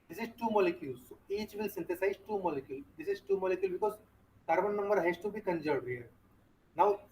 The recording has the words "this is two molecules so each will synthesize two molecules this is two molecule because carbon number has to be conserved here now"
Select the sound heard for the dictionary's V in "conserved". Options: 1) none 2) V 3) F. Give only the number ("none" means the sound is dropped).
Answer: 1